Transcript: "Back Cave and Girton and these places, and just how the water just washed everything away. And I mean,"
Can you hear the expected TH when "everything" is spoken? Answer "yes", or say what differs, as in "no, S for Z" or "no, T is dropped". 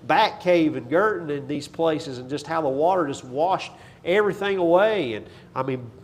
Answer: yes